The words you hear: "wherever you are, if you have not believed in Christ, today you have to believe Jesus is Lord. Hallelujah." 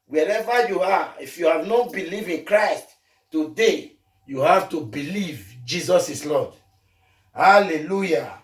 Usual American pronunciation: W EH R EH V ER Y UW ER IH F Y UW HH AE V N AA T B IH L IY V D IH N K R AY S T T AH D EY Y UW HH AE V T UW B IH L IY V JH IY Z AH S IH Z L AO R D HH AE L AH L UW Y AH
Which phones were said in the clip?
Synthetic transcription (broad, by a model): W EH R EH V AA Y UW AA IH F Y UW HH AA V N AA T B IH L IY V IH N K R AY S T T AH D EY Y UW HH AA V T UW B IH L IY V JH IY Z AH S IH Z L AO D HH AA L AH L UW Y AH